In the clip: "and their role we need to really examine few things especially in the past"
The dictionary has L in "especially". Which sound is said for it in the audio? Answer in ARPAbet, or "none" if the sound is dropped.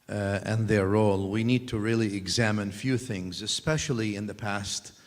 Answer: L